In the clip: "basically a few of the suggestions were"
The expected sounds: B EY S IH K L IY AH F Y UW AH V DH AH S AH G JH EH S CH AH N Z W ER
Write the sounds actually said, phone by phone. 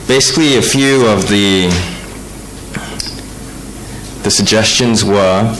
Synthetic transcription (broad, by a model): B EY S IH K L IY AH F Y UW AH V DH AH S AH G JH EH S CH AH N Z W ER